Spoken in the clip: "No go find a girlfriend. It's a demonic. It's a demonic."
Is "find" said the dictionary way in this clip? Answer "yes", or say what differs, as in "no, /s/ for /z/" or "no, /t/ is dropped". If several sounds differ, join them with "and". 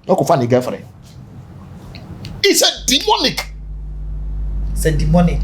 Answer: no, /d/ is dropped